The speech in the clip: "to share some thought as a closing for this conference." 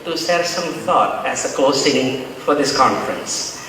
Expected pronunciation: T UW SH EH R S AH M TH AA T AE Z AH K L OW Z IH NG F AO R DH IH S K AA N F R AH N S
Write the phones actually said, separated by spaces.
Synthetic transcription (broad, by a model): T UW S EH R S AH M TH AA T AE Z AH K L OW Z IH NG F AO R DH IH S K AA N F R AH N S